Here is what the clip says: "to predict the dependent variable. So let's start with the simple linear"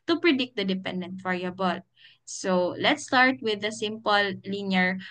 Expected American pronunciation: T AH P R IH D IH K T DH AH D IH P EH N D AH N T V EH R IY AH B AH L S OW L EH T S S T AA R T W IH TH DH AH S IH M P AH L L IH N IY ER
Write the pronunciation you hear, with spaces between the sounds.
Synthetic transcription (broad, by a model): T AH P R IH D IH K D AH D IH P EH N D AH N T F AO R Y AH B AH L S OW L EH T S S T AA R T W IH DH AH S IH M P AH L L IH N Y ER